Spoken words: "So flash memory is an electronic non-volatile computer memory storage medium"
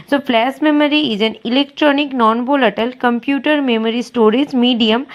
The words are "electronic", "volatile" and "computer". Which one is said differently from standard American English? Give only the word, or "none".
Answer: volatile